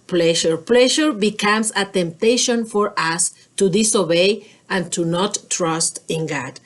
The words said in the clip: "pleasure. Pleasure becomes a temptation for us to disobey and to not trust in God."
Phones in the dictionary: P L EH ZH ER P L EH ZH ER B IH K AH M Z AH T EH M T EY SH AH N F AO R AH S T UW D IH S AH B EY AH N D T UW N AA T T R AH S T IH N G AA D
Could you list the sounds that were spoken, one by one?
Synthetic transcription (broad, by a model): P L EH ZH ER P L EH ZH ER B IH K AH M S AH T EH M T EY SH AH N F AO R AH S T UW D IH S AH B EY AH N T UW N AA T T R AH S T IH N G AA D